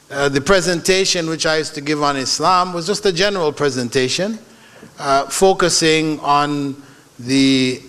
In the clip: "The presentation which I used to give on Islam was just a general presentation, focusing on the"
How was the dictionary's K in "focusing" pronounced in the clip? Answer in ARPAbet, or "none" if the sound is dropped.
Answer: K